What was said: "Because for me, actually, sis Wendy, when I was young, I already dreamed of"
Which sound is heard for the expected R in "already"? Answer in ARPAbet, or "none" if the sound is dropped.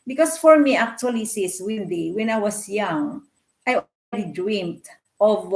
L